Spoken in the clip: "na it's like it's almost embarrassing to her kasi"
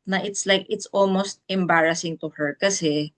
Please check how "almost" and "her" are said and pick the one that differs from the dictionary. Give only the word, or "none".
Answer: none